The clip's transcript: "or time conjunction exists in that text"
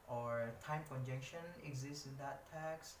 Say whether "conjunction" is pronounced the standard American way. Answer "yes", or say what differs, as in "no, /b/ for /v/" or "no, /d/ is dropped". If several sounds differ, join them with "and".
no, /ŋ/ is dropped